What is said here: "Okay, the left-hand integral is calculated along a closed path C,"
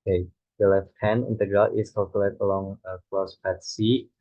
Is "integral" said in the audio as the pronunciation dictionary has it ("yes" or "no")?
yes